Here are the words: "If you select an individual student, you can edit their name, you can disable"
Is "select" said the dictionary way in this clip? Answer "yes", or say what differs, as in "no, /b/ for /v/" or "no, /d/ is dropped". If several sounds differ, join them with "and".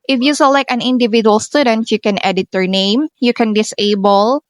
no, /t/ is dropped